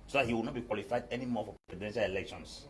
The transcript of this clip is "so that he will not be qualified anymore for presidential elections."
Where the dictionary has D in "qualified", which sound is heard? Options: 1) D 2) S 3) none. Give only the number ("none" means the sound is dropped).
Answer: 1